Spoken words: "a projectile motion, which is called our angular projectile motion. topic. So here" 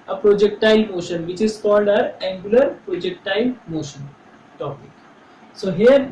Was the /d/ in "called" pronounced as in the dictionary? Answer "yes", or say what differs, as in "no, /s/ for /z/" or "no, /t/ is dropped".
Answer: yes